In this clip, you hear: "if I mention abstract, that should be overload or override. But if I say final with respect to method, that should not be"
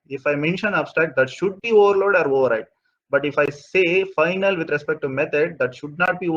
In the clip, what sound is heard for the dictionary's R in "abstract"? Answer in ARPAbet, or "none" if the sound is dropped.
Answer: none